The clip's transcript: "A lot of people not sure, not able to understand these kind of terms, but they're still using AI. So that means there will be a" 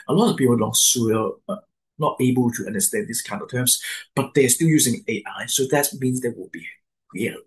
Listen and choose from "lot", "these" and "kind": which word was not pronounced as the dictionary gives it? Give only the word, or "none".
these